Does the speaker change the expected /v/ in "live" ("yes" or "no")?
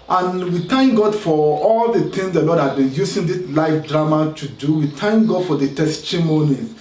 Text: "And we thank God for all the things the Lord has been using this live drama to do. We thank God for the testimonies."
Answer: yes